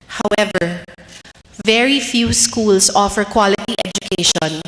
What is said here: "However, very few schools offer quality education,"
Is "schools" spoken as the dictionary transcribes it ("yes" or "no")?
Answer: no